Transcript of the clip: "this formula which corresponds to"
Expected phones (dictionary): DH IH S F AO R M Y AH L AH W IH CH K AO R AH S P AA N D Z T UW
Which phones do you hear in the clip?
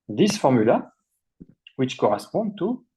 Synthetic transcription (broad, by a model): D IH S F AO R M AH L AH W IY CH K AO R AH S P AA D T UW